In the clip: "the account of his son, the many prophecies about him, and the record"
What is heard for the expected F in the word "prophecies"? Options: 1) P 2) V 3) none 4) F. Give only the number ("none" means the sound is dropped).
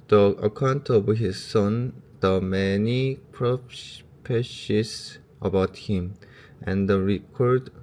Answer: 1